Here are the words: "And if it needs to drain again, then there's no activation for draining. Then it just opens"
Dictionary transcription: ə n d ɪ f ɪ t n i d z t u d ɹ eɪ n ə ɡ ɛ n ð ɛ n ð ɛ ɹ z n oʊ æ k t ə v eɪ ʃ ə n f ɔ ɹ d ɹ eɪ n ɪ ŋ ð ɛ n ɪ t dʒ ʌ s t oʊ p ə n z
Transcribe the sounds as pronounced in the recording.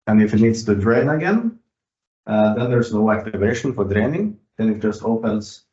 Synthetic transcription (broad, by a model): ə n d ɪ f ɪ t n i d s t u d ɹ eɪ n ə ɡ ɛ n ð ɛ n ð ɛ ɹ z n oʊ æ k t ə v eɪ ʃ ə n f ɔ ɹ d ɹ eɪ n ɪ ŋ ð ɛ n ɪ t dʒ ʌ s t oʊ p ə n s